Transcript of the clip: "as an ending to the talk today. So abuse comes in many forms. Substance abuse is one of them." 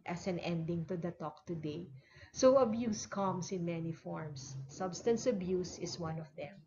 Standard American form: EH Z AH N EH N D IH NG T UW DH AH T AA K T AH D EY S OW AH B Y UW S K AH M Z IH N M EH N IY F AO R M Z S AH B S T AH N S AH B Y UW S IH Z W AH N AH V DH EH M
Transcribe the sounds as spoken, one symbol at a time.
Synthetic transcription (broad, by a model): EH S AH N EH N D IH NG T UW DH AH T AA K T AH D EY S OW AH B Y UW S K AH M S IH N M EH N IY F AO R M S AH B S T AH N S AH B Y UW S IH S W AH N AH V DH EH M